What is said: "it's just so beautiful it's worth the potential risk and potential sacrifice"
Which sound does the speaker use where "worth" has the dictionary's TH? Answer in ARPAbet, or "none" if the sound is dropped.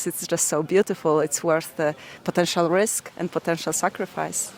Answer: TH